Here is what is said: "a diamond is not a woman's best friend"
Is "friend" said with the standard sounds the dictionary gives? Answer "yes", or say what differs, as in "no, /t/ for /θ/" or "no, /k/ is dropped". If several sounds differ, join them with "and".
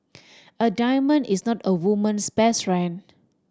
no, /d/ is dropped